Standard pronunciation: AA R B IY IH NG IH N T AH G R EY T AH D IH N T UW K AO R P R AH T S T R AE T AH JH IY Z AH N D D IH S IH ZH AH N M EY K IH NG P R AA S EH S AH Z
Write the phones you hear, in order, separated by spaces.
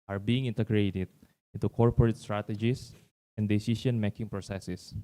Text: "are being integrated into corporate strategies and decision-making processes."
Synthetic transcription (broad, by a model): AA R B IY IH NG IH N T AH G R EY T AH D IH N T UW K AO R P R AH T S T R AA T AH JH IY S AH N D D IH S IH SH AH N M EY K IH NG P R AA S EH S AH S